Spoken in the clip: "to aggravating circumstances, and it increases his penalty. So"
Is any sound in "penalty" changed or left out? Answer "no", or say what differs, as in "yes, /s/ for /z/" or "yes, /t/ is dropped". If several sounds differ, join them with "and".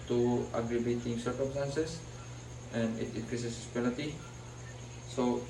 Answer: yes, /l/ is dropped